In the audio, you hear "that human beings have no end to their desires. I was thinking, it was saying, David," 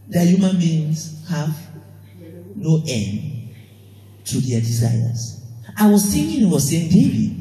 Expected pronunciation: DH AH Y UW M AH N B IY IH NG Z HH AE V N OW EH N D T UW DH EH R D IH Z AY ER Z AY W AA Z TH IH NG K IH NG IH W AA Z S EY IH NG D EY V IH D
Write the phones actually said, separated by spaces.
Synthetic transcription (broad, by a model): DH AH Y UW M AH N B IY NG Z HH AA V N OW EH N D T UW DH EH D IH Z AY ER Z AY W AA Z S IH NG IH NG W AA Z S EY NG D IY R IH